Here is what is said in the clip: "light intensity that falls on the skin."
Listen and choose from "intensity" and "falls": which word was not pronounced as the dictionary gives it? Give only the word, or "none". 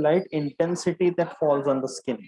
none